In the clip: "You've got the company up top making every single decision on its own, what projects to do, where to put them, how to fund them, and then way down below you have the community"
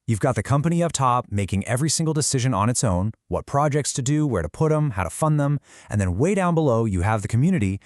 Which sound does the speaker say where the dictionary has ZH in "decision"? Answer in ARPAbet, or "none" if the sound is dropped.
ZH